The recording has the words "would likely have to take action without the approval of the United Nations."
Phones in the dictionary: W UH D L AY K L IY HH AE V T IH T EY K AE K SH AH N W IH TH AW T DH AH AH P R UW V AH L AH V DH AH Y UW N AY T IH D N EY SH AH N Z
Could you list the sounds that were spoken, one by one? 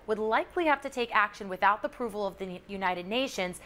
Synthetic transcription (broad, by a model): W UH D L AY K L IY HH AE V T IH T EY K AE K SH AH N W IH TH AW T DH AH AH P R UW V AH L AH V DH AH Y UW N AY T IH D N EY SH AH N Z